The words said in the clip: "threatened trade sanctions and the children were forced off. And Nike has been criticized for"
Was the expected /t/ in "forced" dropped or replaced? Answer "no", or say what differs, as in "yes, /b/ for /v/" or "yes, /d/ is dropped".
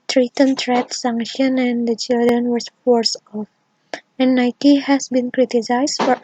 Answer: yes, /t/ is dropped